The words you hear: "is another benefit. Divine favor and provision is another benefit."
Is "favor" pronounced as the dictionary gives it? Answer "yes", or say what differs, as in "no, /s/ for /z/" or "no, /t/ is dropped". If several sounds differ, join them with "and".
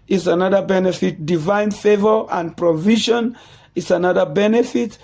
yes